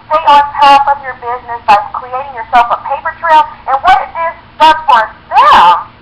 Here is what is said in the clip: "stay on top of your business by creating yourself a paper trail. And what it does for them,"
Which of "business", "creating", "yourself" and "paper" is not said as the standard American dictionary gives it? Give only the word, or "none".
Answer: none